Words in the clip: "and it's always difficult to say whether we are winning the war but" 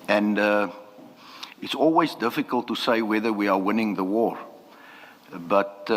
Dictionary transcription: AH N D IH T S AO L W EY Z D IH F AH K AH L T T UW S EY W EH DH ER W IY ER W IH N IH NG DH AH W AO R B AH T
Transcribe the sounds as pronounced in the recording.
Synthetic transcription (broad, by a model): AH N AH IH T S AO L W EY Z D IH F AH K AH L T T UW S EY W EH DH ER W IY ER W IH N IH NG DH AH W AO R B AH T